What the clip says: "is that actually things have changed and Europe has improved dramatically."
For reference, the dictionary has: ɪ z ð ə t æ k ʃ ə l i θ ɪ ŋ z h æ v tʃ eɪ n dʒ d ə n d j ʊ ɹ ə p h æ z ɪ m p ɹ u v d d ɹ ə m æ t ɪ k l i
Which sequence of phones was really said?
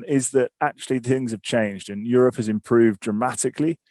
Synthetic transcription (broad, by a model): ɪ z ð ə t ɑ k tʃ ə l i θ ɪ ŋ z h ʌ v tʃ eɪ n dʒ d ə n j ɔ ɹ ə p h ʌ z ɪ m p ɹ u v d d ɹ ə m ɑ t ɪ k l i